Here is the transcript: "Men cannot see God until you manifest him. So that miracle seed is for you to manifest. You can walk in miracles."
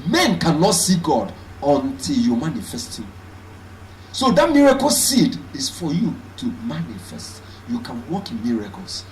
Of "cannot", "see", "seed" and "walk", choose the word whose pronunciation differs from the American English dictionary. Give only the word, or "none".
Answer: none